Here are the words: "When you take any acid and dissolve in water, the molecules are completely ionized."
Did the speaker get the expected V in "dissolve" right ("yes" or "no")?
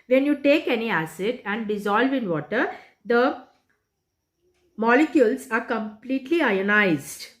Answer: yes